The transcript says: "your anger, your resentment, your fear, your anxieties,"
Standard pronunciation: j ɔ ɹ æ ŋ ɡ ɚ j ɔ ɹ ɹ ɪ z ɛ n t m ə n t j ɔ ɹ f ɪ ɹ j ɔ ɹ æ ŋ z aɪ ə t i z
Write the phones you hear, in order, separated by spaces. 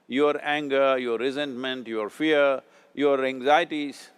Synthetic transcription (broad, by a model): j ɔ ɹ æ ŋ ɡ ɚ j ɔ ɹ ɹ ɪ z ɛ n t m ə n t j ɔ ɹ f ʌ ɹ j ɔ ɹ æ ŋ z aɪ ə t i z